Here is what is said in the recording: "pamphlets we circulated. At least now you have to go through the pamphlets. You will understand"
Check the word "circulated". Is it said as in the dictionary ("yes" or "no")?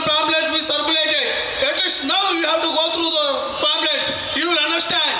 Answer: no